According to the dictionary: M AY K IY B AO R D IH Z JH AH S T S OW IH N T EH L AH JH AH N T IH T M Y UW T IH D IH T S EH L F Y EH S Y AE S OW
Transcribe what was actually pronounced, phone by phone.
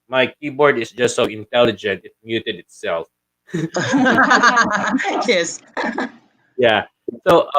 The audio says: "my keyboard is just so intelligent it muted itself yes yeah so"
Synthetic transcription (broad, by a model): M AY K IY B AO R D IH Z JH AH S T S OW IH N T EH L AH JH AH N T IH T M Y UW T IH D IH T S EH L F Y EH S Y AE S OW